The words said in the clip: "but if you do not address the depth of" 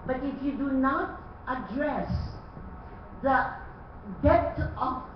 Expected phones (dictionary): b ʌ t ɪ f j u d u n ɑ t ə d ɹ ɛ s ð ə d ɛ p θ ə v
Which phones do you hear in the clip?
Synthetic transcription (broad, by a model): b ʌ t ɪ f j u d u n ɑ t ə d ɹ ɛ s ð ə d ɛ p t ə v